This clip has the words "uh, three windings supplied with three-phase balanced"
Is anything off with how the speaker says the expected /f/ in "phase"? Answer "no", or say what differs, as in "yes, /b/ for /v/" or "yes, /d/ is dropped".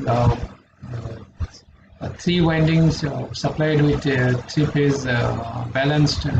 yes, /p/ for /f/